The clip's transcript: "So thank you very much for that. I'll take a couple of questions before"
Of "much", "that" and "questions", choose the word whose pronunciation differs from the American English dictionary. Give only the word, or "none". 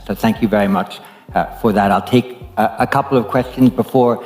none